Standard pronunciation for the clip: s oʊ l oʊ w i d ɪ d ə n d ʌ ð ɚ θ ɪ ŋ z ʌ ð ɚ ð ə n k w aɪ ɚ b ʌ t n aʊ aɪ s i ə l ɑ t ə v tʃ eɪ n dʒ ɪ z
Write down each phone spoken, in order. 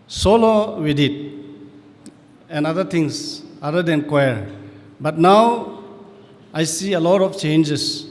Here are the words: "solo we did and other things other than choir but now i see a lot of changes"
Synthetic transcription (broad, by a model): s oʊ l oʊ w i d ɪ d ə n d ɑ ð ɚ t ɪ ŋ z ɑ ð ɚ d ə n k w aɪ ɚ b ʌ t n aʊ aɪ s i ə l ɑ t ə f tʃ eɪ n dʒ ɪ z